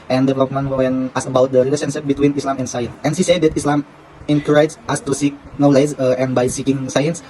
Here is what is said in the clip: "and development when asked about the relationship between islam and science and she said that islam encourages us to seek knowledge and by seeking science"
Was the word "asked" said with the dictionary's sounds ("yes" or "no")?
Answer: no